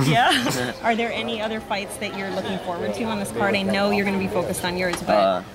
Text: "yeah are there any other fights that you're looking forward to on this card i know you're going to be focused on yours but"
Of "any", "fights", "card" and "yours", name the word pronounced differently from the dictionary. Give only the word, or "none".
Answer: none